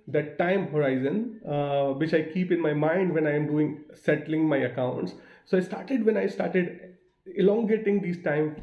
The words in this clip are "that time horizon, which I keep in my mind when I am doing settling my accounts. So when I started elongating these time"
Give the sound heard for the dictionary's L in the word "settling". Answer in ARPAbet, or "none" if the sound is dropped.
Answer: L